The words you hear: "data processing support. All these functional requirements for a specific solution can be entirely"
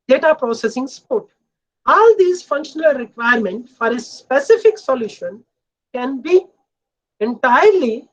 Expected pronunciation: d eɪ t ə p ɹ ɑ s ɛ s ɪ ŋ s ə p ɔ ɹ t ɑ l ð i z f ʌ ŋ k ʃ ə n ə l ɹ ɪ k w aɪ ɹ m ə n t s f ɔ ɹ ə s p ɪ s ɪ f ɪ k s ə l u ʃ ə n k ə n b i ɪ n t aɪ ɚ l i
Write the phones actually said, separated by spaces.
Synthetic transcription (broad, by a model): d eɪ t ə p ɹ ɑ s ɛ s ɪ ŋ s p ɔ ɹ t ɑ l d i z f ʌ ŋ k ʃ ə n ə l ɹ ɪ k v aɪ ɹ m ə n t f ɔ ɹ ə s p ɪ s ɪ f ɪ k s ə l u ʃ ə n k ə n b i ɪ n t aɪ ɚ l i